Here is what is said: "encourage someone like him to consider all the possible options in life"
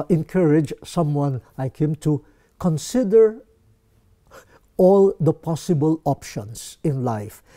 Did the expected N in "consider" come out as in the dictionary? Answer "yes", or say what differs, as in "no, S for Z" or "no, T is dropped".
yes